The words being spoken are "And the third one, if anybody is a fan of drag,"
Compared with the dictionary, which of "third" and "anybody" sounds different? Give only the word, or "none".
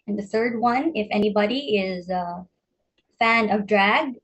none